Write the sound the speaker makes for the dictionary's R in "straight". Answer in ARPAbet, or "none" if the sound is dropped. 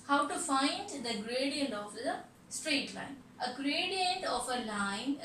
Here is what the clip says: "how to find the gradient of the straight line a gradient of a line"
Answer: R